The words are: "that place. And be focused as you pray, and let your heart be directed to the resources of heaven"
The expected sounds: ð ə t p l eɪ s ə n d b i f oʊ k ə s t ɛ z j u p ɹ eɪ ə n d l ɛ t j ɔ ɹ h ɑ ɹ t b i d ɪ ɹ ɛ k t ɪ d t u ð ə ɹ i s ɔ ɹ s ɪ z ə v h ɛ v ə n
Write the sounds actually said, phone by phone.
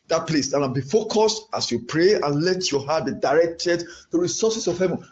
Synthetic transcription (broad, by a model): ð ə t p l eɪ s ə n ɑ b i f oʊ k ə s t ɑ s j u p ɹ eɪ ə n l ɛ t j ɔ h ɑ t b i d ɪ ɹ ɛ k t ɪ d t u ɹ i s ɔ s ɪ s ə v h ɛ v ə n